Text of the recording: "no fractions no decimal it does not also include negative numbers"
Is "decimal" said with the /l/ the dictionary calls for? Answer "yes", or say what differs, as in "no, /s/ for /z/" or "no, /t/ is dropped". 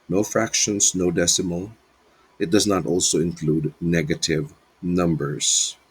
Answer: yes